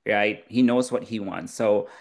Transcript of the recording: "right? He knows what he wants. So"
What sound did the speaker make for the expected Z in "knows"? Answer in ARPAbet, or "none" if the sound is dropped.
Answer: Z